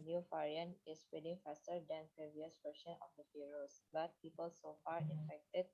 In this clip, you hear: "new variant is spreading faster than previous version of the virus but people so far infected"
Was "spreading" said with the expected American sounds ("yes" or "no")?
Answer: no